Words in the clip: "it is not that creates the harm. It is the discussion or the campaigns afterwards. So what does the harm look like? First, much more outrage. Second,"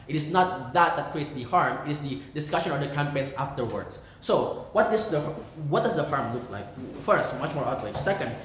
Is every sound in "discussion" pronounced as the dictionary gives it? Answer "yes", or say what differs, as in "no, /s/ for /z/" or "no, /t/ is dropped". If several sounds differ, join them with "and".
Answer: yes